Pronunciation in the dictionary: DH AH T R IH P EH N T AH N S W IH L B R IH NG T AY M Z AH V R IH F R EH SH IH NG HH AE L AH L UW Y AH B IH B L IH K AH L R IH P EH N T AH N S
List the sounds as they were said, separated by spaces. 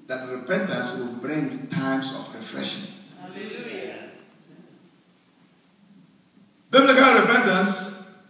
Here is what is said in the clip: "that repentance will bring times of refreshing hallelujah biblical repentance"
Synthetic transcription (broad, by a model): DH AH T R IH P EH N T AH N S W IH L B R IH NG T AY M S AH F R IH F R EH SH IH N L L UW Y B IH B L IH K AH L R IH P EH N T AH N S